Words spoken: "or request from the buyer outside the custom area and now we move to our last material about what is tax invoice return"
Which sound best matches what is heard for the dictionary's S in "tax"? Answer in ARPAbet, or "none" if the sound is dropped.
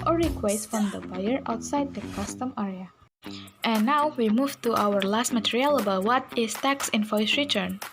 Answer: S